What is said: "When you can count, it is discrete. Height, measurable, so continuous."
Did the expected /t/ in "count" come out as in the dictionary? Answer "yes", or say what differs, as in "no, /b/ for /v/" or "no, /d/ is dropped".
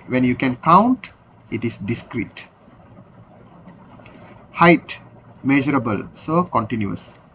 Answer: yes